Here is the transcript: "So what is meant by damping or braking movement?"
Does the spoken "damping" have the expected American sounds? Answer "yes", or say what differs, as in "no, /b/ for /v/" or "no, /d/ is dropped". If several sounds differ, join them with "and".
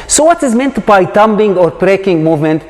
no, /b/ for /p/